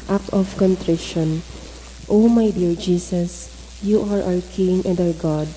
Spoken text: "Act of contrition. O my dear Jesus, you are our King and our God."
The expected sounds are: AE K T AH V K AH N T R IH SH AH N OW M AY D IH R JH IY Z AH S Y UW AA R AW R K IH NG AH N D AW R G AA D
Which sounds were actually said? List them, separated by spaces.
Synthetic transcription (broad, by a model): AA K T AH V K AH N T R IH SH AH N OW M AY D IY R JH IY S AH S Y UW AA R AW R K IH NG AH N D AW R G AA D